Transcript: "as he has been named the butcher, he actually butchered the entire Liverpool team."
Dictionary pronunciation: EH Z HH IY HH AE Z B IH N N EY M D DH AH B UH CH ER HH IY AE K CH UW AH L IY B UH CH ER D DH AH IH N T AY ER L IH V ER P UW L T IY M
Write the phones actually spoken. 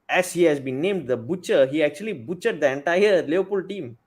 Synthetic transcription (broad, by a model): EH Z HH IY HH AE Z B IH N N EY M D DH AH B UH CH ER HH IY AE K CH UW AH L IY B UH CH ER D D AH IH N T AY ER L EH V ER P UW L T IY M